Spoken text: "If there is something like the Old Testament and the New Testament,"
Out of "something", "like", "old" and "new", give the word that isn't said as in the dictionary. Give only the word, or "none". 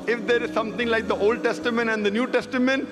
something